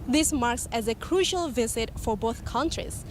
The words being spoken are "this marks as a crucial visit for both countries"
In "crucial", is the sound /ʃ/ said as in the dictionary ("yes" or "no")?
yes